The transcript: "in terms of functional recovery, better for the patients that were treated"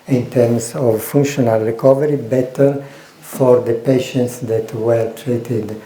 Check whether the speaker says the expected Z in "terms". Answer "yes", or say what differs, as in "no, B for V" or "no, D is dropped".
no, S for Z